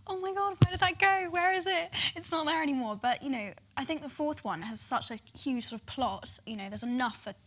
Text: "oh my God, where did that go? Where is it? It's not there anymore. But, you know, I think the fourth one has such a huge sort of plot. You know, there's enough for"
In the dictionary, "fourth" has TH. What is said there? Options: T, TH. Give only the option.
TH